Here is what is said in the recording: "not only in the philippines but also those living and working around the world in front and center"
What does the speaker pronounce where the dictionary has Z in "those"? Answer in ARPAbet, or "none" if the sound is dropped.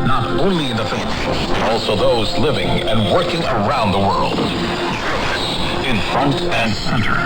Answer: Z